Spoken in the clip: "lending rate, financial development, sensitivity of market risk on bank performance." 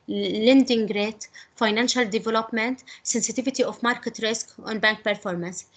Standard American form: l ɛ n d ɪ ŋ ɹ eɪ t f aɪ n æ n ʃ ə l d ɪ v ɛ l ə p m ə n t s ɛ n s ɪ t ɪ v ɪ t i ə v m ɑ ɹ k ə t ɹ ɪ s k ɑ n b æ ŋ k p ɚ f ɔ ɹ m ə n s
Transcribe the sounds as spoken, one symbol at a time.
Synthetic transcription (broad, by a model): l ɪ n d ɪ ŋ ɹ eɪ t f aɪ n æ n ʃ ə l d ɪ v ɛ l ə p m ə n t s ɛ n s ɪ t ɪ v ɪ t i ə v m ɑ ɹ k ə t ɹ ɪ s k ɑ n b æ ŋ k p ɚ f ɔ ɹ m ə n s